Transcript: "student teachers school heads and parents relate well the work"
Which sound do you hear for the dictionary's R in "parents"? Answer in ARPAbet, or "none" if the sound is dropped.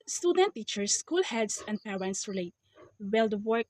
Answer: W